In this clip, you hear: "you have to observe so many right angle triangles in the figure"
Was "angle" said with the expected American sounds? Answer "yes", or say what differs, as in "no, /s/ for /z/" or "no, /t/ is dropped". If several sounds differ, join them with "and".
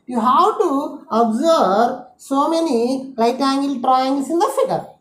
yes